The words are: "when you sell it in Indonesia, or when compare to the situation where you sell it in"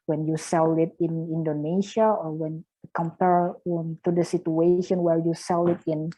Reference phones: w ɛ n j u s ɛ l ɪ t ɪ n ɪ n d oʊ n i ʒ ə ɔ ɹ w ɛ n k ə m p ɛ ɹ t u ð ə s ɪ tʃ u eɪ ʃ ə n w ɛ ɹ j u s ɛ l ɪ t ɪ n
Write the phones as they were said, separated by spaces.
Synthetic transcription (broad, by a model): w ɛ n j u s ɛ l ɪ t ɪ n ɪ n d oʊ n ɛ ʃ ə ɔ ɹ w ɛ n k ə m p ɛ ɹ t u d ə s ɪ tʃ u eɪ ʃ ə n w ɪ l j u s ɛ l ɪ t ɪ n